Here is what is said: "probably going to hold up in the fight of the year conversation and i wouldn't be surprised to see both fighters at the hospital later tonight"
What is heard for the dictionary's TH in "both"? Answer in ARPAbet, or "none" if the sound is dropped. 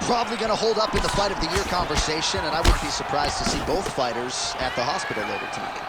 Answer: TH